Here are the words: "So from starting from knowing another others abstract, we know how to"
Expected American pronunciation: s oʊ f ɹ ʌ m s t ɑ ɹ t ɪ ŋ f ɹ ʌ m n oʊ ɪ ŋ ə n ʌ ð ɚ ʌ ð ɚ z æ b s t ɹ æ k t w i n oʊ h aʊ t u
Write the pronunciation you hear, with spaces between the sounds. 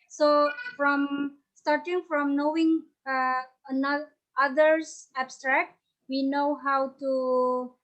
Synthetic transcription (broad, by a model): s oʊ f ɹ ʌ m s t ɑ ɹ t ɪ ŋ f ɹ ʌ m n oʊ ɪ ŋ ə n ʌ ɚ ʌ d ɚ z æ b s t ɹ æ k t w i n oʊ h aʊ t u